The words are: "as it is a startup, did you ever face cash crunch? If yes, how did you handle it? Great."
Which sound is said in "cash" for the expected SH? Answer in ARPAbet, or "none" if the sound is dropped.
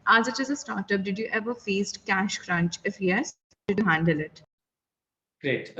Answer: SH